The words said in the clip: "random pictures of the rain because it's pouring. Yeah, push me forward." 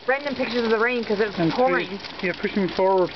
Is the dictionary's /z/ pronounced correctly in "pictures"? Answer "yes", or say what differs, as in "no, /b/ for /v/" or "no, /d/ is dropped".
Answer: yes